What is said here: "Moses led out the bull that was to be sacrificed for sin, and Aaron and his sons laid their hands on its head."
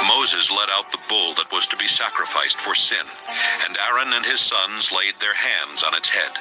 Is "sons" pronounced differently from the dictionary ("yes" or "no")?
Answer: no